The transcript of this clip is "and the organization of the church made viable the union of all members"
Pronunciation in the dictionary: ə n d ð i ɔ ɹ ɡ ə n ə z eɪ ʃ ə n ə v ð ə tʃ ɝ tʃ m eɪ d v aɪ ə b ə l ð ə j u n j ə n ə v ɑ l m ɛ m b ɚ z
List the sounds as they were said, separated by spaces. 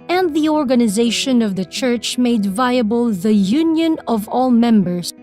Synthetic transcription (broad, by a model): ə n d ð i ɔ ɹ ɡ ə n ə z eɪ ʃ ə n ə v ð ə tʃ ɝ tʃ m eɪ d v aɪ ə b ə l ð ə j u n j ə n ə v ɑ l m ɛ m b ɚ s